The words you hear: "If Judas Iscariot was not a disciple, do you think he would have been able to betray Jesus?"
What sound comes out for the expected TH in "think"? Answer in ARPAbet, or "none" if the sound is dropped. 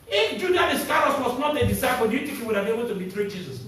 T